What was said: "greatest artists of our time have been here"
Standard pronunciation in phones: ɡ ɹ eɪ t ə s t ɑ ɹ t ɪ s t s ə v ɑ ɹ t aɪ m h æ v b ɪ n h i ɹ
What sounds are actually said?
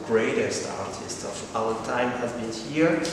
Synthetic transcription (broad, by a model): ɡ ɹ eɪ t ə s t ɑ ɹ t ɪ s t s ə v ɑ l t aɪ m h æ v b ɪ n h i ɹ